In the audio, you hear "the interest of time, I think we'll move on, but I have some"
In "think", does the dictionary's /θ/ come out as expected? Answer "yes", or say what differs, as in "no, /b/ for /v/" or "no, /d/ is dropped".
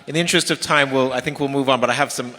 yes